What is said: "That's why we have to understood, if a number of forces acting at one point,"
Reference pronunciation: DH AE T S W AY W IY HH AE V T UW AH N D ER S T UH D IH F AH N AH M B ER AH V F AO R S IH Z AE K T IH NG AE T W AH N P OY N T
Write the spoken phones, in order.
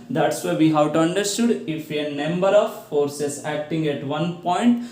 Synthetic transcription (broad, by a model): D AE T S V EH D IY HH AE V T UW AH N D ER S T UH D IH F AH N AH M B ER AH V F AO R S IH S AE K T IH NG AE T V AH N P OY N T